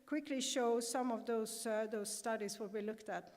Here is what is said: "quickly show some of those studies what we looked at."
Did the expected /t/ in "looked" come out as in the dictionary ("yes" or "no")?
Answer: yes